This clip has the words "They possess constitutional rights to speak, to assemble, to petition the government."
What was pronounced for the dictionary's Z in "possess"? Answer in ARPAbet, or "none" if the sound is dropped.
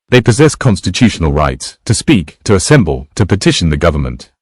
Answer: Z